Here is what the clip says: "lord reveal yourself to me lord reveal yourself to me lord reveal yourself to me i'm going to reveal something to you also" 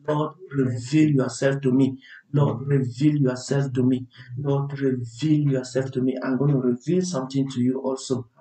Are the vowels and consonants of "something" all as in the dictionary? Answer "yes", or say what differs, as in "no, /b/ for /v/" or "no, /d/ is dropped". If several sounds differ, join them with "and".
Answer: no, /t/ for /θ/